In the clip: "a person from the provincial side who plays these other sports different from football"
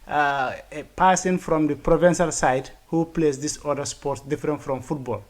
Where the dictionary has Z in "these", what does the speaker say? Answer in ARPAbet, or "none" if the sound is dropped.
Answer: S